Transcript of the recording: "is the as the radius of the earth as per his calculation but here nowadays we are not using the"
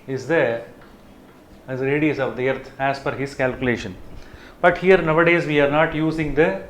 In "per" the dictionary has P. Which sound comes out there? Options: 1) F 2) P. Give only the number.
1